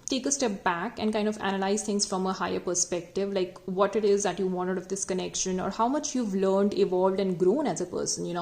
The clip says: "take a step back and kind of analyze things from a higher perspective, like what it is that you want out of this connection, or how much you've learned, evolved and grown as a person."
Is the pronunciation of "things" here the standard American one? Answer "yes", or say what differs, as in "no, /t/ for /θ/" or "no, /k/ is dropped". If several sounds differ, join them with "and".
no, /t/ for /θ/